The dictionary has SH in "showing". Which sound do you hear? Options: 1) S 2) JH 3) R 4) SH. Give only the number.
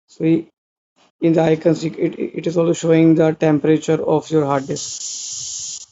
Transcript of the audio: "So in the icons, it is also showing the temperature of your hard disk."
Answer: 4